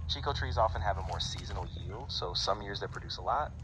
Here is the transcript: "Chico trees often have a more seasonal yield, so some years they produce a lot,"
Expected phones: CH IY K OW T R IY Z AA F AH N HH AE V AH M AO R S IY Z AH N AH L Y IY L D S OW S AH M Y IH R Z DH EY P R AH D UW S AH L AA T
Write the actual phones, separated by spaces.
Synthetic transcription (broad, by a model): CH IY K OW T R IY Z AA F AH N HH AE V AH M AO R S IY Z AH N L Y IY L D S OW S AH M Y IH R Z DH EY P R AH D UW S AH L AA T